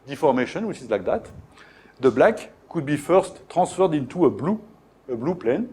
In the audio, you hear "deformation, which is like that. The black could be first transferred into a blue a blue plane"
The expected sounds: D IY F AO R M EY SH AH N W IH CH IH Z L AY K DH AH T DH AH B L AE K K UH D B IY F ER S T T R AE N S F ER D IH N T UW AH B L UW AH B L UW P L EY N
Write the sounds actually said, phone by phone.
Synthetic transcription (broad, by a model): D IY F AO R M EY SH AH N W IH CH IH Z L AY K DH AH T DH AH B L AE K K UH D B IY F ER S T T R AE S F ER D IH N T UW AH B L UW AH B L UW P L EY N